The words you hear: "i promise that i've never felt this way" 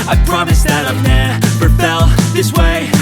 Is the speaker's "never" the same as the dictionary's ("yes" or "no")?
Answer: no